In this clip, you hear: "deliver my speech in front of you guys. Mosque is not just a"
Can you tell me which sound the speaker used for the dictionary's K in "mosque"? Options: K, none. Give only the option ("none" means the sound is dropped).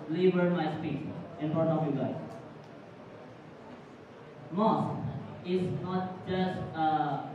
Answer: none